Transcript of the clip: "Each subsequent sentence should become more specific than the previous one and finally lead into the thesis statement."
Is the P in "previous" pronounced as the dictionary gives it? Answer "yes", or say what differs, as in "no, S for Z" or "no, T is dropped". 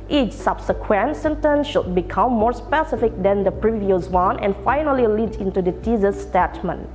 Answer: yes